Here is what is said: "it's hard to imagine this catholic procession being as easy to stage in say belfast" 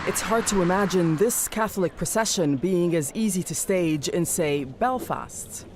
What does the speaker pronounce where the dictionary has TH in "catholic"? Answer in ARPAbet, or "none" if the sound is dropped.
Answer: TH